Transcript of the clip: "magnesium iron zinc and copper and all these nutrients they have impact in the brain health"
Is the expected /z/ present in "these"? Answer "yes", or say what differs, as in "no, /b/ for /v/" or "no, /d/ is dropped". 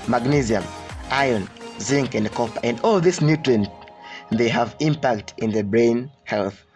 no, /s/ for /z/